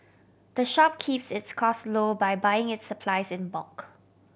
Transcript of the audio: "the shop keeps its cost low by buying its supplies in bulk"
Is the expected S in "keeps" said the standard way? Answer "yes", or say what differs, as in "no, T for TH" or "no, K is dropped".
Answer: yes